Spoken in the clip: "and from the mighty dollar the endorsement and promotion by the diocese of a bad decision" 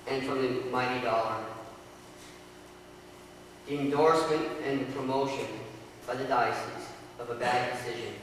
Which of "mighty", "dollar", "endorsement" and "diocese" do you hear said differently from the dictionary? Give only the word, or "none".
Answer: none